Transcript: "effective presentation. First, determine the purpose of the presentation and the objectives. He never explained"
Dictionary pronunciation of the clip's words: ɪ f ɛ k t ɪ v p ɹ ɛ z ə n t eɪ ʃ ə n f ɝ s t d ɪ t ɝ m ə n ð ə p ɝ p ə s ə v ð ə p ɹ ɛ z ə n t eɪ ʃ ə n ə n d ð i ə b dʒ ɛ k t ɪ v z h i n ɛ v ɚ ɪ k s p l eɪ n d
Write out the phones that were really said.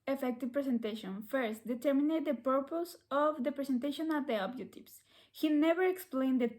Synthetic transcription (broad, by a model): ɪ f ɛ k t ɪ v p ɹ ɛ s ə n t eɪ ʃ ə n f ɝ s t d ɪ t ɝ m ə n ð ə p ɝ p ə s ə v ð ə p ɹ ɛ s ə n t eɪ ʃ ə n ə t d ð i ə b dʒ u t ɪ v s h i n ɛ v ɚ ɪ k s p l eɪ n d